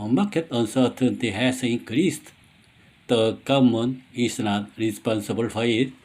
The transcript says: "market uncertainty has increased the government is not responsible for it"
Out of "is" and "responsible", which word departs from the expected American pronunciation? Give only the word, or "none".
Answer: is